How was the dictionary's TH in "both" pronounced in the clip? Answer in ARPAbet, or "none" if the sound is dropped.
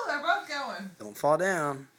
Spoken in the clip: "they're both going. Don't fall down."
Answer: T